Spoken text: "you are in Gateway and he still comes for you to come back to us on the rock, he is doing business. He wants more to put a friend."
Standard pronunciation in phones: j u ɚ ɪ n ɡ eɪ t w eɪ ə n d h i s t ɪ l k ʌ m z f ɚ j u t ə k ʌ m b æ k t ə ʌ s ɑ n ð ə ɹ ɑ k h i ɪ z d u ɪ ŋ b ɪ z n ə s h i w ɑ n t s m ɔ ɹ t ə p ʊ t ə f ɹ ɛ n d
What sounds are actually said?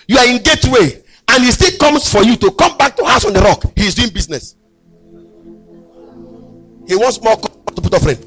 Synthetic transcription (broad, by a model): j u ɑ ɪ n ɡ eɪ t w eɪ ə n h i s t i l k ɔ m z f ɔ j u t ə k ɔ m b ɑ k t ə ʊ s ɑ n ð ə ɹ ɑ k h i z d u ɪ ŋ b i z n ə s h i w ɑ n t s m ɔ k t ə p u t ə f ɹ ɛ n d